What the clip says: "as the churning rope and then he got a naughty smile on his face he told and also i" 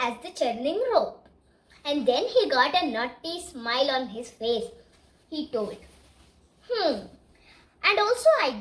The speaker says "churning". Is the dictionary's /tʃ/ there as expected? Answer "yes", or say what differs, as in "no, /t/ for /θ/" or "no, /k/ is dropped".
yes